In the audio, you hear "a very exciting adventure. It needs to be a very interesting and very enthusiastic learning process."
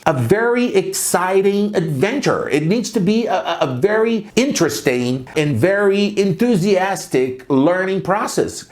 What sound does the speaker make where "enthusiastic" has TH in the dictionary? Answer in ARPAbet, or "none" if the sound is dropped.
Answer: TH